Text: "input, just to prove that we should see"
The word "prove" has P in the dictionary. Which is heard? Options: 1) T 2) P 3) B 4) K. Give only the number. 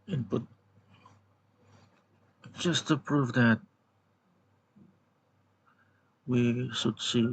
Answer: 2